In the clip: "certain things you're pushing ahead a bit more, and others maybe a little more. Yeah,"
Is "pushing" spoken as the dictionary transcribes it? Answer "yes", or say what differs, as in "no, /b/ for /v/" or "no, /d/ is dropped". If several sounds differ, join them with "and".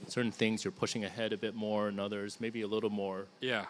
yes